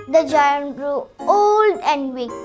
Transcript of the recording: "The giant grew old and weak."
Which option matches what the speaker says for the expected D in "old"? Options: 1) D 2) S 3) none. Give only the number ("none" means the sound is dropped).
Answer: 1